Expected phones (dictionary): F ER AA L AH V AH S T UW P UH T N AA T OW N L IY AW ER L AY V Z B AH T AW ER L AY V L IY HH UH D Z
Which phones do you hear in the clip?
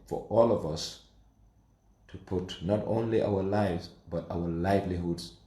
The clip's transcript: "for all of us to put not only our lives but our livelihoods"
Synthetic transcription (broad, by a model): F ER AA L AH V AH S T UW P UH T N AA T OW N L IY AW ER L AY V Z B AH T AW ER L AY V L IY HH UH D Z